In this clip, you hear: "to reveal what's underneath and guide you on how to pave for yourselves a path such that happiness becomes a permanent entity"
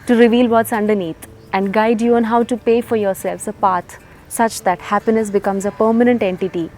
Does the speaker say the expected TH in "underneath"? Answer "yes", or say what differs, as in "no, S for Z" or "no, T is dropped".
no, T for TH